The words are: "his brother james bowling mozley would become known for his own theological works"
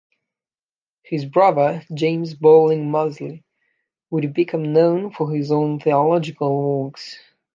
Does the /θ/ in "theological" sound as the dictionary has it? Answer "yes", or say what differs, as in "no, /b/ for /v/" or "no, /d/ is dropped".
yes